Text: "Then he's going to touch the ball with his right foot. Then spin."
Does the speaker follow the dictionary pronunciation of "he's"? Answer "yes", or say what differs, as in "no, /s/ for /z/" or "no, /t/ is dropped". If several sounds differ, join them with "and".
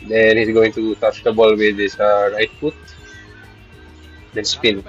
no, /s/ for /z/